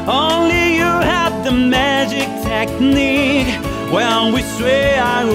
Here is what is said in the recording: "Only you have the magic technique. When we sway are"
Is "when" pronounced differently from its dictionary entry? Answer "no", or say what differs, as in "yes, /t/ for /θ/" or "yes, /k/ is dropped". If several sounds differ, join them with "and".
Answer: yes, /l/ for /n/